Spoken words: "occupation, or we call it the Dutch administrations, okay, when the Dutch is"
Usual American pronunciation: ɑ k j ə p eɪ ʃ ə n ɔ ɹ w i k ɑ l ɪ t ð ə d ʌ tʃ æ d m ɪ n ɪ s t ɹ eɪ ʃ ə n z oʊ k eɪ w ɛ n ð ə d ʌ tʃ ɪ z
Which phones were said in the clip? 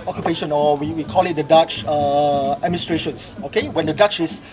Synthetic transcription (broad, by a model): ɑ k j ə p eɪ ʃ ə n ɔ w w i k ɑ l ɪ t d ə d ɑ tʃ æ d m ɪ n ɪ s t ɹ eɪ ʃ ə n s oʊ k eɪ w ɛ n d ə d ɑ tʃ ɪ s